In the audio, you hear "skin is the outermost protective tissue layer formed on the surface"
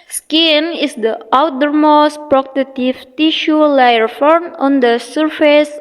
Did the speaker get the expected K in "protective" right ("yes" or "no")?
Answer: no